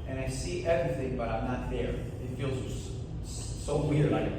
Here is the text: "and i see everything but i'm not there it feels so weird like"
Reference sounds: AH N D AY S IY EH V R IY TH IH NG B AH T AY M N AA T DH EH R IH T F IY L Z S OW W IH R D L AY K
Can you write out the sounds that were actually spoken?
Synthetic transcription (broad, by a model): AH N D AY S IY EH V R IY TH IH NG B AH T AY M N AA T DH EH R IH T F IY L Z S OW W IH R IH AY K